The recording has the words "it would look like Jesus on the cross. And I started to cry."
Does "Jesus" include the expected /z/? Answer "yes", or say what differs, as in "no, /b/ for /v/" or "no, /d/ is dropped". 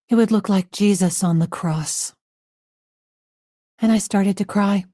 yes